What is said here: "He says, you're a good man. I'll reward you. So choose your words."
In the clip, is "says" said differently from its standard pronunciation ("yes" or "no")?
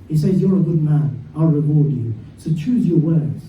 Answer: no